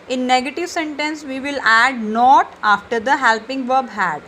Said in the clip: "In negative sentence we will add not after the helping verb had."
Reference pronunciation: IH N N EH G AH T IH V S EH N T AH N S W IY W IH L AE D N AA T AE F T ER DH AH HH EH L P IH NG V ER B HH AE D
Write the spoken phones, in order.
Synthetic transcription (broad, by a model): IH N N EH G AH T IH V S EH N T AH N S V IY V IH L AE D N AA T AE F T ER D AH HH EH L P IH NG V ER B HH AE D